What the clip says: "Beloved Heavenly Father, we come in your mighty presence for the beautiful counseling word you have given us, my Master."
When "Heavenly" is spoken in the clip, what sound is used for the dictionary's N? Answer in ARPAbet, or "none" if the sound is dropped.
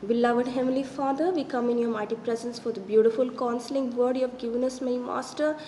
none